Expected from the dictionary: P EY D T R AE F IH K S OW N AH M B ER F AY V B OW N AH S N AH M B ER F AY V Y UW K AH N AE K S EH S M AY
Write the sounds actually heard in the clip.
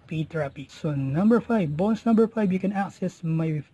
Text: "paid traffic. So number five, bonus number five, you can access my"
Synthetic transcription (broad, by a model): P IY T R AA P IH S OW N AH M B ER F AY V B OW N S N AH M B ER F AY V Y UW K AH N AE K S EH S M AY